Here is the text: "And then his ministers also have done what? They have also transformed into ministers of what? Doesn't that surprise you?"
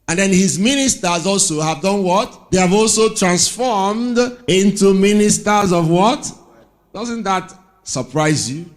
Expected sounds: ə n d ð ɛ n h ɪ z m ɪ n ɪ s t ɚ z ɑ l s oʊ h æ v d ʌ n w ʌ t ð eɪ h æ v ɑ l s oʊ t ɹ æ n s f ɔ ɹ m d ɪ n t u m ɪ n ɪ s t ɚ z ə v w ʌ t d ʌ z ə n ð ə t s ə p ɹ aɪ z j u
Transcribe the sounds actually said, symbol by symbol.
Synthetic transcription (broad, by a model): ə n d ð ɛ n h ɪ z m ɪ n ɪ s t ɚ z ɑ l s oʊ h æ v d ʌ n w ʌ t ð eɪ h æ v ɑ l s oʊ t ɹ æ n s f ɔ ɹ m d ɪ n t u m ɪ n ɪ s t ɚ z ə v w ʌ t d ʌ z ə n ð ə t s ə p ɹ aɪ z j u